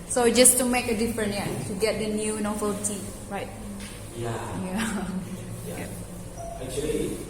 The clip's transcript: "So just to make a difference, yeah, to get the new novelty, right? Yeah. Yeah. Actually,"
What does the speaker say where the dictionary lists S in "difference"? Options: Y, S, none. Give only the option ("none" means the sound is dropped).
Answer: none